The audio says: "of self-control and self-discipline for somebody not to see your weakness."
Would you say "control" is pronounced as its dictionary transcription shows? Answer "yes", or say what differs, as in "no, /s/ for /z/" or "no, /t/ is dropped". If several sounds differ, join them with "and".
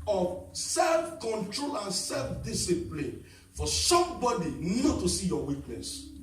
yes